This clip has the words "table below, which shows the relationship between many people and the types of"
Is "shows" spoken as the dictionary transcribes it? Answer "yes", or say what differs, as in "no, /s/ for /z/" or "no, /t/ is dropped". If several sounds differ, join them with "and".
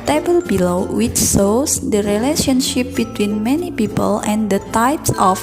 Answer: no, /s/ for /ʃ/